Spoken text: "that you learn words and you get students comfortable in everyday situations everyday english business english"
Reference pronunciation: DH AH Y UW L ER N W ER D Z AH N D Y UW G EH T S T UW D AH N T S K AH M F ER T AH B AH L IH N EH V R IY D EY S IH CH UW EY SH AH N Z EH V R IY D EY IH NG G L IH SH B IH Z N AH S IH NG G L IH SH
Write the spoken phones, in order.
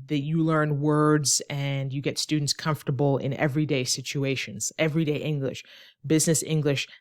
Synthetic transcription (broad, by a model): DH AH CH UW L ER N W ER D Z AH N Y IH G EH T S T UW D N T S K AH M F T AH B L IH N EH V R IY D EY S IH CH UW EY SH AH N Z EH V R IY D EY IH NG G L IH SH B IH Z N AH S IH NG G L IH SH